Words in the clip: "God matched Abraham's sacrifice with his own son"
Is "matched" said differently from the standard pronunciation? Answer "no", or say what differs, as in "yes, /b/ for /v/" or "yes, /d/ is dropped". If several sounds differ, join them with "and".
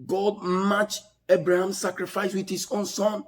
yes, /t/ is dropped